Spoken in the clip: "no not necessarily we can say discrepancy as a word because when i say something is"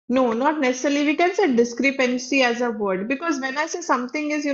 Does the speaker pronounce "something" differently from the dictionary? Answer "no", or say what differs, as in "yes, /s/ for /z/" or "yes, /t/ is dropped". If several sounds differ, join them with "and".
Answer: yes, /t/ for /θ/